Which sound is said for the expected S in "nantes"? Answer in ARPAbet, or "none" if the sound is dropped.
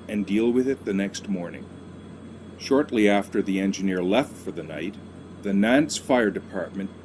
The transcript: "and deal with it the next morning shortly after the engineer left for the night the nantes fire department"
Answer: S